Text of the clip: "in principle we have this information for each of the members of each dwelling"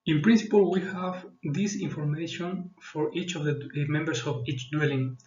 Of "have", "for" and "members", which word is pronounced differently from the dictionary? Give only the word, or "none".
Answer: members